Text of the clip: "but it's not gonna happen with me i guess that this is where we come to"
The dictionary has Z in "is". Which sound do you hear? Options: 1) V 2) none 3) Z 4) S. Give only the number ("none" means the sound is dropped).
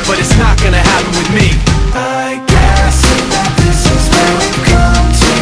3